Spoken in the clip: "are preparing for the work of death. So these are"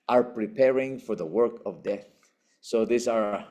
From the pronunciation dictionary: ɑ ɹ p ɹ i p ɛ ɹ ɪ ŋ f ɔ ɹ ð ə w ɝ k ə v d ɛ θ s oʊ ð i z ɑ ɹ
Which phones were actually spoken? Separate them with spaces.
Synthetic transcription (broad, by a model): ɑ ɹ p ɹ i p ɛ ɹ ɪ ŋ f ɔ ɹ ð ə w ɝ k ə v d ɛ θ s oʊ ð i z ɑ ɹ